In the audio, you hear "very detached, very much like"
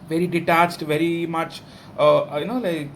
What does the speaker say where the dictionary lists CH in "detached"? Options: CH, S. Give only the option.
CH